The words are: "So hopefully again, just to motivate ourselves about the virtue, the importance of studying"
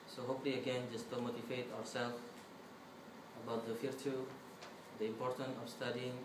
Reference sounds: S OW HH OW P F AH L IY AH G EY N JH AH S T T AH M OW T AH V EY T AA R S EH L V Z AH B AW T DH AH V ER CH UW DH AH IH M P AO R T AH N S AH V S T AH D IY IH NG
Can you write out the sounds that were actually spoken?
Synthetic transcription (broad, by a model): S OW HH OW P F L IY AH G EY N JH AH S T T AH M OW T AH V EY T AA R S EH L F AH B AW T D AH F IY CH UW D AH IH M P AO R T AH N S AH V S T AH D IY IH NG